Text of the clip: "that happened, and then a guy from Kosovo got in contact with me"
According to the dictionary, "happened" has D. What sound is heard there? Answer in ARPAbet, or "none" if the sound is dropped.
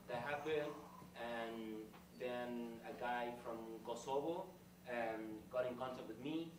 none